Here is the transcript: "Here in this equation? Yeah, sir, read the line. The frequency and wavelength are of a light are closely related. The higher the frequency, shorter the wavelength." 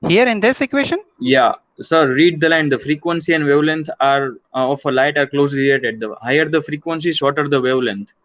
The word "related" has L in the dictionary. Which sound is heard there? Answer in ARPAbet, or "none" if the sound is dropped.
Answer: none